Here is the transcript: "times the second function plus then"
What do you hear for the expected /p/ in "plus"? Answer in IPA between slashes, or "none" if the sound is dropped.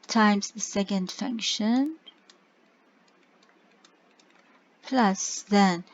/p/